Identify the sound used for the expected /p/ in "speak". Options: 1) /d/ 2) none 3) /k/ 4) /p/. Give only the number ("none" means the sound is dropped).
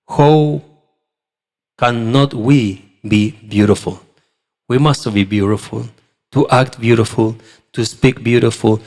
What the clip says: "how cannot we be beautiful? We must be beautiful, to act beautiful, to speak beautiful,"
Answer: 4